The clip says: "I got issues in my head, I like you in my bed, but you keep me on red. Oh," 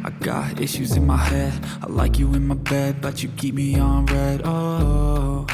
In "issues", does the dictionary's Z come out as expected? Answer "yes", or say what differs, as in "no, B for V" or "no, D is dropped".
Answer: yes